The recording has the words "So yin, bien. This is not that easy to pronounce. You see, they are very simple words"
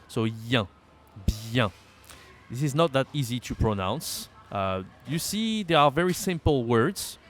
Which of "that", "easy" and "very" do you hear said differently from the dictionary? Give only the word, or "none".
none